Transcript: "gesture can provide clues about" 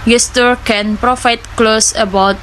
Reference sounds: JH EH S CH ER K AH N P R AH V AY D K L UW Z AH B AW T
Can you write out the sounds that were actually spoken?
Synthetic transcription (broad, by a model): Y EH S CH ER K AH N P R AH F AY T K L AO S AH B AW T